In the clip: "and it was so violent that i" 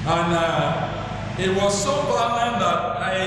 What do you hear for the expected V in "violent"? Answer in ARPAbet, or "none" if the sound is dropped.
F